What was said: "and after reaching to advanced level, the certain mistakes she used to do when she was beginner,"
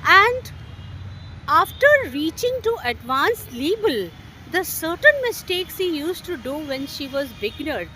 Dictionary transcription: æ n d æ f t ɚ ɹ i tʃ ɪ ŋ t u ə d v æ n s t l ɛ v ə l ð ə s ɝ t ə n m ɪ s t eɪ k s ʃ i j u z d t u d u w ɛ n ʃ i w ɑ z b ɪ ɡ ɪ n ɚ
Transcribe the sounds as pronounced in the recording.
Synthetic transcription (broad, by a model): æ n d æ f t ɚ ɹ i tʃ ɪ ŋ t u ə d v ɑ n s l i b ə l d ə s ɝ t ə n m ɪ s t eɪ k s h i j u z t u d u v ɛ n ʃ i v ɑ z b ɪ ɡ n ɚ